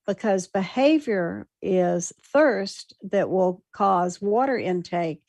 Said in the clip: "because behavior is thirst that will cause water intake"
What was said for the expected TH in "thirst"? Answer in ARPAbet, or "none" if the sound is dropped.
TH